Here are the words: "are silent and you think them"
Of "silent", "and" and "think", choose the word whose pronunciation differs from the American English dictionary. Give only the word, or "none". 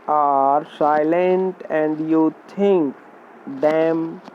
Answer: think